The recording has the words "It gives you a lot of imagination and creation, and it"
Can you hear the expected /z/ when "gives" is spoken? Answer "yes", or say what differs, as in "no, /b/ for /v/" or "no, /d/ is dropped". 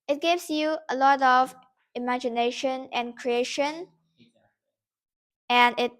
no, /s/ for /z/